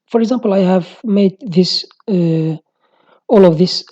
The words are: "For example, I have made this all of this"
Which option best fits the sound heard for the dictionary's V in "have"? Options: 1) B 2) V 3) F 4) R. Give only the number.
2